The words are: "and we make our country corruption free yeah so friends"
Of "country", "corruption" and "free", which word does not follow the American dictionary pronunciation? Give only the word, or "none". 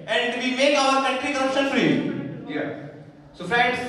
country